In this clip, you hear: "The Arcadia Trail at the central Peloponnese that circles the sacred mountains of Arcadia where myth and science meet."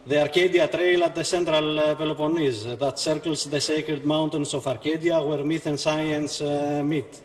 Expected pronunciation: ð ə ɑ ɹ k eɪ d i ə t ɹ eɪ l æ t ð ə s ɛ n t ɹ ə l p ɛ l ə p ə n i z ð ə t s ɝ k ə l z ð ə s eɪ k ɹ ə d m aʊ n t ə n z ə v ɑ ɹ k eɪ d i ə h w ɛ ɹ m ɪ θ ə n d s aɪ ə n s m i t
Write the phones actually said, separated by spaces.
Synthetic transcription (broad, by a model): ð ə ɑ ɹ k eɪ d i ə t ɹ eɪ l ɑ t ð ə s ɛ n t ɹ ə l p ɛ l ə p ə n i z ð ə t s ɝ k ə l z ð ə s eɪ k ɹ ə d m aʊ n t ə n s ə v ɑ ɹ k eɪ d i ə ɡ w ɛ ɹ m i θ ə n s aɪ ə n s m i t